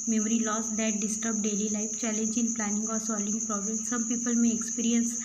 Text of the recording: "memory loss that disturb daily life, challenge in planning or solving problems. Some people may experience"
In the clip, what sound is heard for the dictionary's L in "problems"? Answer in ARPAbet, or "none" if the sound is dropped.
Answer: none